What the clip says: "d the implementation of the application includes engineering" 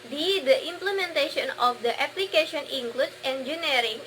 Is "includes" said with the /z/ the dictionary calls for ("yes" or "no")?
no